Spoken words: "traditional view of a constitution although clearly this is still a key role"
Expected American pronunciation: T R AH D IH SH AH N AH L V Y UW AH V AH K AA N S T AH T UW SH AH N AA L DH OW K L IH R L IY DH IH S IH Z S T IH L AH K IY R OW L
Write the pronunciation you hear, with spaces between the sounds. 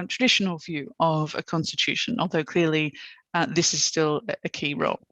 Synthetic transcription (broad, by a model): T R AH D IH SH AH N AH L V Y UW AH V AH K AA N S T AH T UW SH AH N AA L DH OW K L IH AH L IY DH IH S IH Z S T IH L AH K IY R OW L